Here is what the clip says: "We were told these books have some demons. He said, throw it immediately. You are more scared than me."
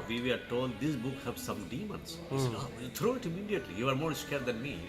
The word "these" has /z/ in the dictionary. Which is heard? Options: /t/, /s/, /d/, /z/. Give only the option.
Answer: /s/